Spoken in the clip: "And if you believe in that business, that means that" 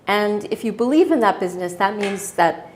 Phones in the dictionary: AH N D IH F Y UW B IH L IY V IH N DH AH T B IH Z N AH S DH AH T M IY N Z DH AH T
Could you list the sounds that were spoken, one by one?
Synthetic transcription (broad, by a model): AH N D IH F Y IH B IH L IY V IH N DH AH T B IH Z N AH S DH AH T M IY N Z DH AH T